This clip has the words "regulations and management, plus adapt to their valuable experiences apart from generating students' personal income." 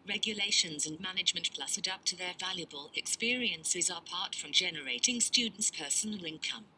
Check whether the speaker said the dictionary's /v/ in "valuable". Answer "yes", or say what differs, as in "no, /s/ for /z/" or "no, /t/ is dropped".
yes